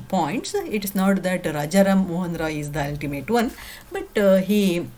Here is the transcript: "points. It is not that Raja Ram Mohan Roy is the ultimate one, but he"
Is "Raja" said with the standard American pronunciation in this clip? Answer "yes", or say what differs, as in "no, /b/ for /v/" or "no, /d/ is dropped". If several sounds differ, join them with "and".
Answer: yes